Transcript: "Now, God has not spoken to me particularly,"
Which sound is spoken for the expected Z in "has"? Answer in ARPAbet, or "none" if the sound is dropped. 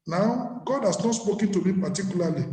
S